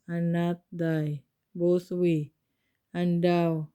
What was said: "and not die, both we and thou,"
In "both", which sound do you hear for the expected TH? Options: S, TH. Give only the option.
S